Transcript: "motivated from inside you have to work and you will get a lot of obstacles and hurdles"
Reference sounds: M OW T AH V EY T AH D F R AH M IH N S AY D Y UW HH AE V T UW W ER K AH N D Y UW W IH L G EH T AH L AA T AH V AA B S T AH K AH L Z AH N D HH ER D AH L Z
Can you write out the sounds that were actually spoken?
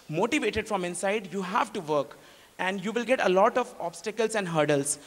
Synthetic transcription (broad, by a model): M OW T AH V EY T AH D F R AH M IH N S AY D Y UW HH AE V T UW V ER K AH N D Y UW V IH L G EH T AH L AA T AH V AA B S T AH K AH L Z AH N D HH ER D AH L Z